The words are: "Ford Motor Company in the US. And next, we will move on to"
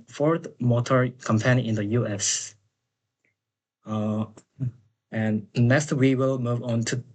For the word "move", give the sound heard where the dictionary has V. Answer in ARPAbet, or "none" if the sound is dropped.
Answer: V